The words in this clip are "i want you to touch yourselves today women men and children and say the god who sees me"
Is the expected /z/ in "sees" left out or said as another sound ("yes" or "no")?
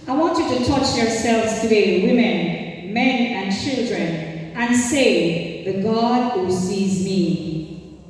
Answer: no